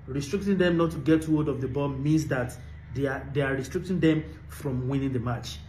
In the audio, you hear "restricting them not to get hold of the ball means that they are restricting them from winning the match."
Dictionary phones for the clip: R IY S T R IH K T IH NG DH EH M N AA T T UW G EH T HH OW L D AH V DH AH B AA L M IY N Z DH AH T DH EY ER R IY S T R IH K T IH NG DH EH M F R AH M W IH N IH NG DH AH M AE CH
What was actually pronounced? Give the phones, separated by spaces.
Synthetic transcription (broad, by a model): R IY S T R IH K T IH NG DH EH M N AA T T UW G EH T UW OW D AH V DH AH B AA M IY N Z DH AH T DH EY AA R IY S T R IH K T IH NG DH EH M F R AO M W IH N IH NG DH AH M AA CH